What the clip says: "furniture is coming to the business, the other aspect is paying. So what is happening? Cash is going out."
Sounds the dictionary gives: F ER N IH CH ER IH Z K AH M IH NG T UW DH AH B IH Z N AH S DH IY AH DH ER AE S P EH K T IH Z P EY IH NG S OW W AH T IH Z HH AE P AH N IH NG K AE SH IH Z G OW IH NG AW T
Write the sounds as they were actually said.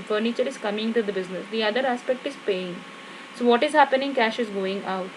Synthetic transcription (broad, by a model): F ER N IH CH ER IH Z K AH M IH NG T UW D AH B IH Z N AH S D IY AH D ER AE S P EH K T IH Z P EY IH NG S OW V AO T IH Z HH AE P AH N IH NG K AE SH IH Z G OW IH NG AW T